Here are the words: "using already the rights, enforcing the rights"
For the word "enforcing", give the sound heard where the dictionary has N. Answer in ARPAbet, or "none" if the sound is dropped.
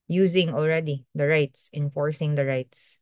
N